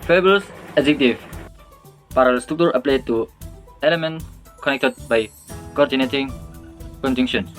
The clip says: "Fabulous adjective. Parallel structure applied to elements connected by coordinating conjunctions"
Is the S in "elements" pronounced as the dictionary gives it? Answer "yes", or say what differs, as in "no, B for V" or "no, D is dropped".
no, S is dropped